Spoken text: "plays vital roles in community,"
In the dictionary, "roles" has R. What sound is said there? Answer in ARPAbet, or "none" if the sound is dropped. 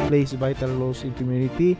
L